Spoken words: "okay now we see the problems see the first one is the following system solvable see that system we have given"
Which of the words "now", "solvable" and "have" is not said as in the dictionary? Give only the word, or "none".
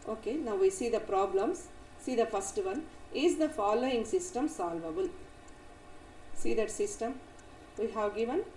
none